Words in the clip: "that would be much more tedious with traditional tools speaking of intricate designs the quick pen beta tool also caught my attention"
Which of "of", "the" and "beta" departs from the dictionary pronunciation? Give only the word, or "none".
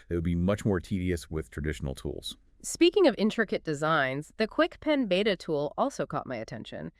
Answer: none